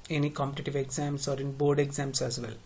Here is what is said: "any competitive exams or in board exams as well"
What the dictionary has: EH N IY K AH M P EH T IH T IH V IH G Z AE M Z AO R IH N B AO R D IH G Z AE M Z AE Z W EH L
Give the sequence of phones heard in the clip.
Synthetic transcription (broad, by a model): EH N IY K AH M P EH T IH T IH V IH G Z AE M S AO R IH N B AO R D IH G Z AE M S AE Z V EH L